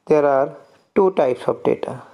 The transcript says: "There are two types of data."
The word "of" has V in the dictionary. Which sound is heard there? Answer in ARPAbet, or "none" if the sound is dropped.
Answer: P